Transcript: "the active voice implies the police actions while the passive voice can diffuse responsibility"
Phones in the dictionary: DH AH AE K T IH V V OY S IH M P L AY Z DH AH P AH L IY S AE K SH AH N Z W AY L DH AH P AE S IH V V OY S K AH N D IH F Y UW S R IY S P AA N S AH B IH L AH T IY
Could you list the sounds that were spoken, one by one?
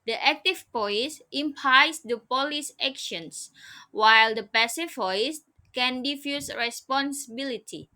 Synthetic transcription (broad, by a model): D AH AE K T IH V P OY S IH M P AY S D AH P AH L IY S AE K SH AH N S W AY L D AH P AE S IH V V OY S K AH N D IH F Y UW S R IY S P AA N S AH B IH L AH T IY